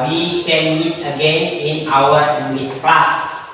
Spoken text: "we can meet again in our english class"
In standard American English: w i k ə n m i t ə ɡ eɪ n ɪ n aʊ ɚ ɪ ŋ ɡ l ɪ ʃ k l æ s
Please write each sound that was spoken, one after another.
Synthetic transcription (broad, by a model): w i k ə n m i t ə ɡ eɪ n ɪ n aʊ ɚ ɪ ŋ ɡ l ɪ s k l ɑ s